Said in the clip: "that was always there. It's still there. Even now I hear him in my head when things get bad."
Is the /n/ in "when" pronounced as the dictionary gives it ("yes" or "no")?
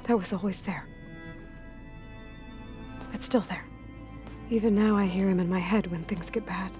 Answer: yes